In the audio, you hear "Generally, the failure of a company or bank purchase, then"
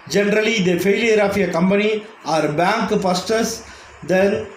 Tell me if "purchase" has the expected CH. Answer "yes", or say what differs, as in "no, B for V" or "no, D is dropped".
no, S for CH